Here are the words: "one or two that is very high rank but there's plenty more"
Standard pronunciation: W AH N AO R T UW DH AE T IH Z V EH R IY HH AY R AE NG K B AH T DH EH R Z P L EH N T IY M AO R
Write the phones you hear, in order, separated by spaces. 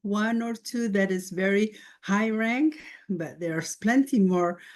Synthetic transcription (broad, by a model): W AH N AO R T UW DH AE T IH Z V EH R IY HH AY R AE NG K B AH T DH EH R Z P L EH N T IY M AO R